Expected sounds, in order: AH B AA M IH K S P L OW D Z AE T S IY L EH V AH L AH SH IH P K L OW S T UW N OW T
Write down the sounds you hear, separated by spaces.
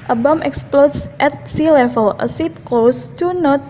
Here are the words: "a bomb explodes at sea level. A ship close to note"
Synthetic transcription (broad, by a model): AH B AA M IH K S P L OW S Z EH T S IY L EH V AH L AH S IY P K L OW S T UW N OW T